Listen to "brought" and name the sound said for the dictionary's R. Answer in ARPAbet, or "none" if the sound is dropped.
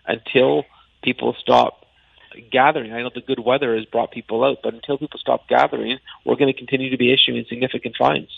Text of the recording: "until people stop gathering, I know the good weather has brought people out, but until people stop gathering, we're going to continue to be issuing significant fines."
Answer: R